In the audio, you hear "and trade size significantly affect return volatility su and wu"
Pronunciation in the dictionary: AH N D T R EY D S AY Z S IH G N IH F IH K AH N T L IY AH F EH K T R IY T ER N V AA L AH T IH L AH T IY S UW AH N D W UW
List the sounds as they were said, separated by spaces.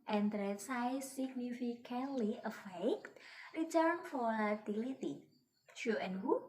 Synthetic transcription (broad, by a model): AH N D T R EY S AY S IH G N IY F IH K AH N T L IY AH F EH K T R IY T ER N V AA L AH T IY L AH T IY SH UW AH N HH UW